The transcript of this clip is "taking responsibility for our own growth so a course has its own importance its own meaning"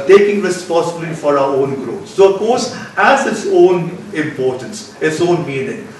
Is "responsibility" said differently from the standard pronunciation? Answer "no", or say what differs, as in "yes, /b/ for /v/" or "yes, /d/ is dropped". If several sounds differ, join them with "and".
yes, /n/ is dropped